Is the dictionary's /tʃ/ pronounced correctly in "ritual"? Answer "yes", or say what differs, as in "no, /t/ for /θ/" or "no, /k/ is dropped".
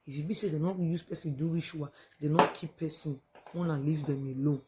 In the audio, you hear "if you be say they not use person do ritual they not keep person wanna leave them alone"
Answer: no, /ʃ/ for /tʃ/